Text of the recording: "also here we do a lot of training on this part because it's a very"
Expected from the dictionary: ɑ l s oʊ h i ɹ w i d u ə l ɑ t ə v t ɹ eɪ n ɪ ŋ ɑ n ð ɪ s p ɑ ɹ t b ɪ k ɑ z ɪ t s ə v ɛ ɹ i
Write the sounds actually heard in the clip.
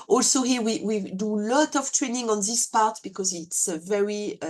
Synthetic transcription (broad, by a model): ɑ l s oʊ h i w w i d u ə l ɑ t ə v t ɹ eɪ n ɪ ŋ ɑ n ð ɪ s p ɑ ɹ t b ɪ k ɑ z ɪ t s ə v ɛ ɹ i